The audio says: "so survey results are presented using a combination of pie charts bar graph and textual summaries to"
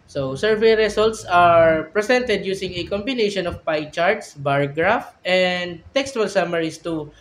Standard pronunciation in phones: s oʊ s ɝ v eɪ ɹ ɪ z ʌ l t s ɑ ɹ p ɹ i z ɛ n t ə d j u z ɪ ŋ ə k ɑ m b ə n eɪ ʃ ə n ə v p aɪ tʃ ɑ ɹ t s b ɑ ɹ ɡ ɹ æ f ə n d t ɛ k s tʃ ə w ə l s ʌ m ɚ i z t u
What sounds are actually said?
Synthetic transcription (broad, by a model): s oʊ s ɝ v eɪ ɹ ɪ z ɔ l t s ɑ ɹ p ɹ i s ɛ n t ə d j u s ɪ ŋ ə k ɑ m b ə n eɪ ʃ ə n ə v p aɪ tʃ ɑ ɹ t s b ɑ ɹ ɡ ɹ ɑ f ə n d t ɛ k s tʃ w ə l s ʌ m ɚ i s t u